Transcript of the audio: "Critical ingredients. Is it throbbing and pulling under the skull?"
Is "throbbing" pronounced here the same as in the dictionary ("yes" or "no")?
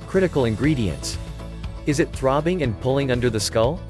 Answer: yes